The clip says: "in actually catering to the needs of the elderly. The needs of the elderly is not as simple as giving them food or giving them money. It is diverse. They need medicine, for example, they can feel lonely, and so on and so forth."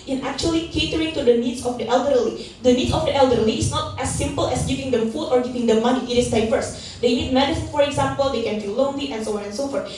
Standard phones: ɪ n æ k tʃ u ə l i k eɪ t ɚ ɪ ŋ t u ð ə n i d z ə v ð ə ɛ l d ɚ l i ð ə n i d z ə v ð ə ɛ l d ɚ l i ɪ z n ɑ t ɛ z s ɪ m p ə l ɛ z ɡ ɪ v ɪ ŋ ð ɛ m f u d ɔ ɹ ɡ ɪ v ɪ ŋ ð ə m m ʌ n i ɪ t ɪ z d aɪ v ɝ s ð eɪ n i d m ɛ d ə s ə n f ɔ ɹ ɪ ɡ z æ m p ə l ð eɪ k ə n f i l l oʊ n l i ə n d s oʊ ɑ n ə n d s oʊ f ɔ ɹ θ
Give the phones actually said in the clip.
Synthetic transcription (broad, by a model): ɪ n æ k tʃ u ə l i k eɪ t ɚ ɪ ŋ t u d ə n i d s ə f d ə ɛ l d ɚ l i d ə n i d s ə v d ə ɛ l d ɚ l i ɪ s n ɑ t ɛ s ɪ m p ə l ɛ s ɡ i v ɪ ŋ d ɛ m f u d ɔ ɹ ɡ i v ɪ ŋ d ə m m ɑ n i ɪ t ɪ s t aɪ f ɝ s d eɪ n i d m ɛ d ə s f ɔ ɹ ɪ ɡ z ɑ m p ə l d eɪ k ə n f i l l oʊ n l i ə n s oʊ ɑ n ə n s oʊ f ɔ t